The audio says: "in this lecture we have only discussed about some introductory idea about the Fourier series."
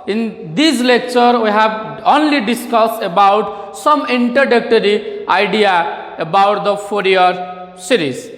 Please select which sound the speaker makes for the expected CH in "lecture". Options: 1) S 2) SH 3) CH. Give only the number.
3